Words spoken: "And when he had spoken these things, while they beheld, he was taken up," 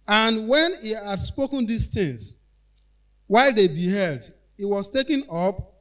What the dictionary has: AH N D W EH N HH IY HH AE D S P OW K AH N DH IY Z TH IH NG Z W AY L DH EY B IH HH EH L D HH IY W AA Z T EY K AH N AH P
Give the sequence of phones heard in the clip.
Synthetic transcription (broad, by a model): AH N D W EH N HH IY HH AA D S P OW K AH N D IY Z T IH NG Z W AY L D EY B IH HH EH L D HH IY W AA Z T EY K AH N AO P